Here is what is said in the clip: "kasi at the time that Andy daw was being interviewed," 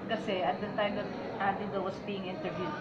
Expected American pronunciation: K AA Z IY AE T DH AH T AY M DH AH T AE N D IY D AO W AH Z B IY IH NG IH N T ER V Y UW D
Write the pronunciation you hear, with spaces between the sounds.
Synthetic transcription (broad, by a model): K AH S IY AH T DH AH T AY M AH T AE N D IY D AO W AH S B IY IH NG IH N T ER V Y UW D